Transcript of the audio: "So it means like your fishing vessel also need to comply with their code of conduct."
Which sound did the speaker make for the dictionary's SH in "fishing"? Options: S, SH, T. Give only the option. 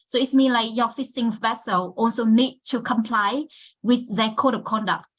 S